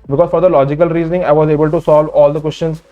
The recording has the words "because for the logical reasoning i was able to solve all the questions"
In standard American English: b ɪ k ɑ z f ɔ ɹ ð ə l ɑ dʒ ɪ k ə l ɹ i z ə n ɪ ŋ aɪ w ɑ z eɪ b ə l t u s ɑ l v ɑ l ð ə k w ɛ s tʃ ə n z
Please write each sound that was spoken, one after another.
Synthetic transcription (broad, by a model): b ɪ k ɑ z f ɔ ɹ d ə l ɑ dʒ ɪ k ə l ɹ i z ə n ɪ ŋ aɪ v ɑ z eɪ b ə l t u s ɑ l v ɑ l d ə k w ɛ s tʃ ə n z